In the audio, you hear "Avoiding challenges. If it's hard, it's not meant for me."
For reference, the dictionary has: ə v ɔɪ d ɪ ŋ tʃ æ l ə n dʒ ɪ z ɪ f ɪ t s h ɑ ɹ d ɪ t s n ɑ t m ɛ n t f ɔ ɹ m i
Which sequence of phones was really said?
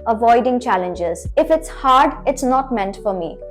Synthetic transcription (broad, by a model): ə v ɔɪ d ɪ ŋ tʃ æ l ə n dʒ ɪ z ɪ f ɪ t s h ɑ ɹ d ɪ t s n ɑ t m ɛ n t f ɔ ɹ m i